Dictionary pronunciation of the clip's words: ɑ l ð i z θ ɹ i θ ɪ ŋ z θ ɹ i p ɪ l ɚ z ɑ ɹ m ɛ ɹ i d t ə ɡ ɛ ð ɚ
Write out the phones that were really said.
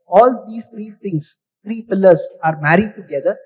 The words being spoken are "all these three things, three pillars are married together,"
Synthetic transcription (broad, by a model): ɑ l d i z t ɹ i t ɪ ŋ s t ɹ i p ɪ l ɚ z ɑ ɹ m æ ɹ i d t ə ɡ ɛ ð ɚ